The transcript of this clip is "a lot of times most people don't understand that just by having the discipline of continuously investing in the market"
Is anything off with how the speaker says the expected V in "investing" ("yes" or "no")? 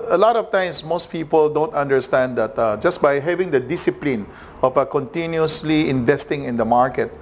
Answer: no